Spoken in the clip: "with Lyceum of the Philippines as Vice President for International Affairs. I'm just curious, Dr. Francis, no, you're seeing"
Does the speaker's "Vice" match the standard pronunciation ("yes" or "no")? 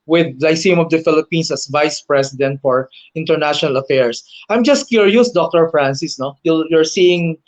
yes